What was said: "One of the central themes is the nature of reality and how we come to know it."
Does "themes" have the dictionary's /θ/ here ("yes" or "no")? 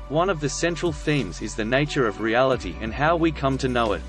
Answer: yes